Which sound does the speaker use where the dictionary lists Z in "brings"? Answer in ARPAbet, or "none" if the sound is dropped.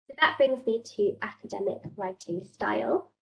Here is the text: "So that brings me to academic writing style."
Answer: Z